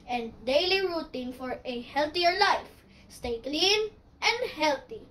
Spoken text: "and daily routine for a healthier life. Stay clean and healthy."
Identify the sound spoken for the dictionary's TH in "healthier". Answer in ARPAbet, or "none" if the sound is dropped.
T